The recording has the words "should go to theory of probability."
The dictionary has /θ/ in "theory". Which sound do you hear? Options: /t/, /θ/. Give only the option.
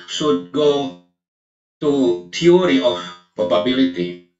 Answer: /t/